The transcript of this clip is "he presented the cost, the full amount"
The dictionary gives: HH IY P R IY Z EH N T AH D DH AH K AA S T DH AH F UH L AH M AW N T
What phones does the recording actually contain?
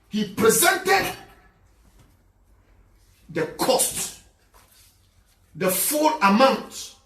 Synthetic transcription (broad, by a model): HH IY P R IY Z EH N T AH D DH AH K AA S T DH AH F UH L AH M AW N T